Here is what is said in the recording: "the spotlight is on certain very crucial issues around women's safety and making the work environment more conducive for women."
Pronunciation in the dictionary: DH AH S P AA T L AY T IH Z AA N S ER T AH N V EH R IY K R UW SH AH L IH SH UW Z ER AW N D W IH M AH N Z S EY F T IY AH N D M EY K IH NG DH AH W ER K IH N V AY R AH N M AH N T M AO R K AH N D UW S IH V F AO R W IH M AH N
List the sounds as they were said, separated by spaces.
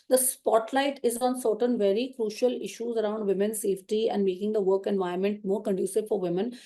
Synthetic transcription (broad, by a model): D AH S P AA T L AY T IH Z AA N S ER T AH N V EH R IY K R UW SH AH L IH SH UW Z ER AW N D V IH M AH N S EY F T IY AH N D M EY K IH NG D AH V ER K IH N V AY AH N M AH N T M AO R K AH N D UW S IH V F AO R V IH M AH N